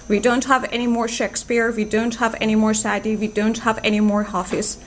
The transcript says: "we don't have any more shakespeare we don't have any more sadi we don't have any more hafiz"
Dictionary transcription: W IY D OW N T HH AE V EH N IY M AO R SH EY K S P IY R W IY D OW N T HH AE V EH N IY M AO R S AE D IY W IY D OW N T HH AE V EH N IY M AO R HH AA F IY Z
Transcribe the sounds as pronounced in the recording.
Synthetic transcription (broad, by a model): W IY D OW N T HH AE V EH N IY M AO R SH EY K S P IY R W IY D OW N T HH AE V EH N IY M AO R S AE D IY W IY D OW N T HH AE V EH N IY M AO R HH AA F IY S